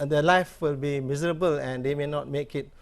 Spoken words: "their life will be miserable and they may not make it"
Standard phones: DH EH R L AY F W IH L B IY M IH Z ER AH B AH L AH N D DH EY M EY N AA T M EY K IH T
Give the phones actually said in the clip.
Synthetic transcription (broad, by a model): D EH L AY F W IH L B IY M IH Z ER AH B AH L AH N D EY M EY N AA T M EY K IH T